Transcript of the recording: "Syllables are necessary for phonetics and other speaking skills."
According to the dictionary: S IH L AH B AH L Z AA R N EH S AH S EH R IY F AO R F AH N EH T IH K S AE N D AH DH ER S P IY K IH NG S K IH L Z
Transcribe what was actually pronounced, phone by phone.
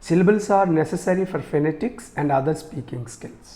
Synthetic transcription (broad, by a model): S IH L B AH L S AA R N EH S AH S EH R IY F AO R F AH N EH T IH K S AE N D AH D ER S P IY K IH NG S K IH L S